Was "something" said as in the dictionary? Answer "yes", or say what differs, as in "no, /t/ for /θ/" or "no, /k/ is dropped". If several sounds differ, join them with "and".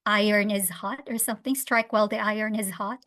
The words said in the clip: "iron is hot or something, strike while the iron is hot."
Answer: yes